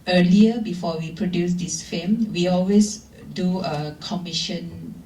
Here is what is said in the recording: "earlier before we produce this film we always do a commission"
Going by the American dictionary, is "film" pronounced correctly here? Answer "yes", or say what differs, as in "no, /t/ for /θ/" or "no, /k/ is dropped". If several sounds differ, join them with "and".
no, /l/ is dropped